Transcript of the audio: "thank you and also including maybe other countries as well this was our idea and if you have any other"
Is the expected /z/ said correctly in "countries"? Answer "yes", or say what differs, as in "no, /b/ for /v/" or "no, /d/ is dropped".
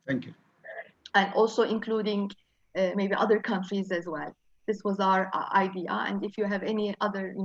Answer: yes